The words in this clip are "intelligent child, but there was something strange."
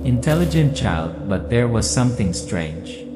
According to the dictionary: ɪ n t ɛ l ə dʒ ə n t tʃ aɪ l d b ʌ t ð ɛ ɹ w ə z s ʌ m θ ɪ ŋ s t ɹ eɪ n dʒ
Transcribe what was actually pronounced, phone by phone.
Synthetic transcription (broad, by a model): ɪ n t ɛ l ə dʒ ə n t tʃ aɪ l d b ʌ t ð ɛ ɹ w ə z s ʌ m θ ɪ ŋ s t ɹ eɪ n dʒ